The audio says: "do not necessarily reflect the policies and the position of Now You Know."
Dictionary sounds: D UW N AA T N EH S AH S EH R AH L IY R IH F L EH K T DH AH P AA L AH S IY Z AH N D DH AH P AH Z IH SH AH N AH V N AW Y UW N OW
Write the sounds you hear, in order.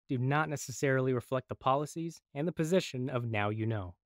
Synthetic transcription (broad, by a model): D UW N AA T N EH S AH S EH R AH L IY R IH F L EH K T DH AH P AA L AH S IY Z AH N DH AH P AH Z IH SH AH N AH V N AW Y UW N OW